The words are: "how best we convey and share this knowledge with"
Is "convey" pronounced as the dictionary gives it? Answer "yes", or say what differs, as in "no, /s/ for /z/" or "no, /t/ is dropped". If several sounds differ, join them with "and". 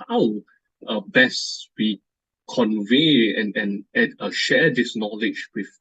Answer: yes